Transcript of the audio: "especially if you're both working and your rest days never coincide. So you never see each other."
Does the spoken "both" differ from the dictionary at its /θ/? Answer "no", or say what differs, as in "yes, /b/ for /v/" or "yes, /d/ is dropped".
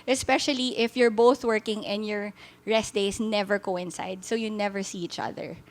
no